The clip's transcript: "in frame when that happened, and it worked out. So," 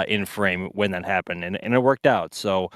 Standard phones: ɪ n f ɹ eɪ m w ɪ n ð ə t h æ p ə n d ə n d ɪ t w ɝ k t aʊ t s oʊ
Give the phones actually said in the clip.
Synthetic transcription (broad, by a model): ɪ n f ɹ eɪ m w ɪ n ð ə t h æ p ə n d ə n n ɪ t w ɝ k t aʊ t s oʊ